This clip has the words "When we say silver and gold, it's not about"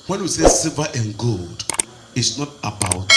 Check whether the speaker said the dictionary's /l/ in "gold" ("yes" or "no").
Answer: yes